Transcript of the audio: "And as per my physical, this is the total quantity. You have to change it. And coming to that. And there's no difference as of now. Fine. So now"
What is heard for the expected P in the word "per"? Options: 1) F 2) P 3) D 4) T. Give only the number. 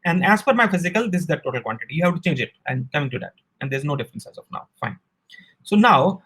1